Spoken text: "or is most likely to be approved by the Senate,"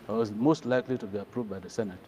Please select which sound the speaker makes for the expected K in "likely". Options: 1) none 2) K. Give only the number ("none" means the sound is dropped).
2